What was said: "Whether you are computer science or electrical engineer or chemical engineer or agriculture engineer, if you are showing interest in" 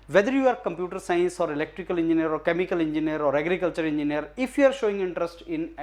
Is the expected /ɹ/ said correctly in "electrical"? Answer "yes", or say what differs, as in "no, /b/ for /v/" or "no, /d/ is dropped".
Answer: yes